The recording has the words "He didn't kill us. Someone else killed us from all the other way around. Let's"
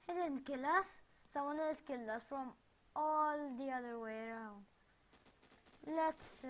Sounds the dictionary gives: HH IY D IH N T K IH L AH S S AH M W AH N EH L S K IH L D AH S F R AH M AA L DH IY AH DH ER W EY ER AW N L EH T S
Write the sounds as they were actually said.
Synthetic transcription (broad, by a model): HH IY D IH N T K IH L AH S S AH M W AH N EH L S K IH L AH S F R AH M AA L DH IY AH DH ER W EY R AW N L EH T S